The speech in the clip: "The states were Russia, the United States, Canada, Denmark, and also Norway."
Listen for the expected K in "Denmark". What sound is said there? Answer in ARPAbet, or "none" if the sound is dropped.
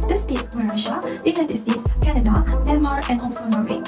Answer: none